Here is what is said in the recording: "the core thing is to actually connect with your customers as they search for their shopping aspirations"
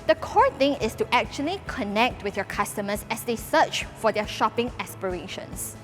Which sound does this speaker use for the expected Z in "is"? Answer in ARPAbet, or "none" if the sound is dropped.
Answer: S